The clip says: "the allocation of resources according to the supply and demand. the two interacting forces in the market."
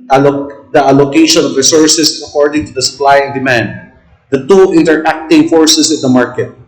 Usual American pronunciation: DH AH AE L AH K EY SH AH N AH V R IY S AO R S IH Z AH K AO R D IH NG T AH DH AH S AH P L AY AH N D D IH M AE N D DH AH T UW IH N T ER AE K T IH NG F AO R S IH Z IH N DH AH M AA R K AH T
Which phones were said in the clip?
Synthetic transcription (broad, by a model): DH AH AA L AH K EY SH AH N AH V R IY S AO R S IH S AH K AO R D IH NG T AH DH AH S AH P L AY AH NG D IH M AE N D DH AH T UW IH N T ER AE K T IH NG F AO R S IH S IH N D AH M AA R K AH T